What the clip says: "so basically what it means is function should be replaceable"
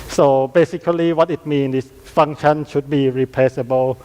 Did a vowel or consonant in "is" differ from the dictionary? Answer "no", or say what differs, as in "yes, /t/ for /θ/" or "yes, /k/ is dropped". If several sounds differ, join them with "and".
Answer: yes, /s/ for /z/